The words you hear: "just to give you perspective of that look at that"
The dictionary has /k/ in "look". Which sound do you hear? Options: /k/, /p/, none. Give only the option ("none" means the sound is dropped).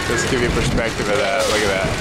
none